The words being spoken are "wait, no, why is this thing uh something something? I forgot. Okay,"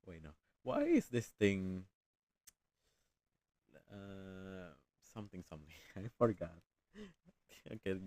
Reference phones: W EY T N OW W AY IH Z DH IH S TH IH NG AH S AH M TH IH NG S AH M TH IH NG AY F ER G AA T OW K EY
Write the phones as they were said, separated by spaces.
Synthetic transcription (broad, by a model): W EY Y N OW W AY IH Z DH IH S T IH NG AH S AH M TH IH NG S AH M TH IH NG AY F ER G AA T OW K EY